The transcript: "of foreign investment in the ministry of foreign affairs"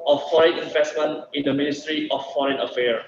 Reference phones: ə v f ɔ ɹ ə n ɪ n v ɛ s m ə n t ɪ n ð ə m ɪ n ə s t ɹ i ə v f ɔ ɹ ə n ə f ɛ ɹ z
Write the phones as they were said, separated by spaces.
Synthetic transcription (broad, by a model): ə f f ɔ ɹ ə n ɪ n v ɛ s m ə n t ɪ n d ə m ɪ n ə s t ɹ i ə f f ɔ ɹ ə n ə f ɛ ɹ